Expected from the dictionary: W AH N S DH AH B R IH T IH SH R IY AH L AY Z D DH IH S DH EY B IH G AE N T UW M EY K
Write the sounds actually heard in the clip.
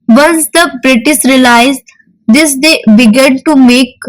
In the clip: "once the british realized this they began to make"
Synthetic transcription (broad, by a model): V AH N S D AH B R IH T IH S R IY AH L AY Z D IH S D EY B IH G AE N T UW M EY K